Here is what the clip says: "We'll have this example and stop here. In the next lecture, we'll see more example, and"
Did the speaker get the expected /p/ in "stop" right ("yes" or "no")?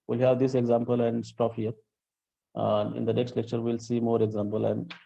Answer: no